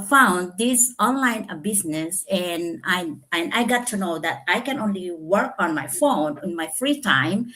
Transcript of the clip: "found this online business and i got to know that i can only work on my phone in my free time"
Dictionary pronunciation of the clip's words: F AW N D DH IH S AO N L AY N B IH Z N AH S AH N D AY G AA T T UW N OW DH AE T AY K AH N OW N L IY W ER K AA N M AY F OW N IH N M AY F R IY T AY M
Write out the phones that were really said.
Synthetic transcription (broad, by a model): F AW N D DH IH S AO N L AY N B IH S N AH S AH N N AY G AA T T UW N OW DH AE T AY K AH N OW N L IY W ER K AA N M AY F OW N IH N M AY F R IY T AY M